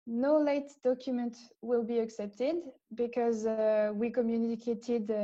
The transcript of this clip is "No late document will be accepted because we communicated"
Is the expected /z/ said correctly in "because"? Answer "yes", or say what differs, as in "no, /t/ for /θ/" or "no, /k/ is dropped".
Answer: yes